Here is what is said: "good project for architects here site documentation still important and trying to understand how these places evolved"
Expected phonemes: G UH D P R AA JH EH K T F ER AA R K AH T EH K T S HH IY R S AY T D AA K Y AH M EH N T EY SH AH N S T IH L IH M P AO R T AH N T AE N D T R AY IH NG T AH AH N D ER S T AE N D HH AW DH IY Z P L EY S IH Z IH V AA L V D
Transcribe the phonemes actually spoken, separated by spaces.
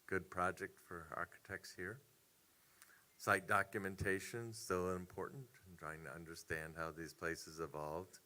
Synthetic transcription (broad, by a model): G UH D P R AA JH EH K T F ER AA R K AH T EH K T S HH IY R S AY T D AA K Y AH M EH N T EY SH AH N S T IH L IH M P AO R T N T N T R AY IH NG T AH AH N D ER S T AE N D HH AW DH IY Z P L EY S IH Z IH V AA L V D